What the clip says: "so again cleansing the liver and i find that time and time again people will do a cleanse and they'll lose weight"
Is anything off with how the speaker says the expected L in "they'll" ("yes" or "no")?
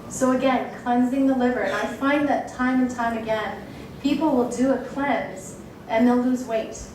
no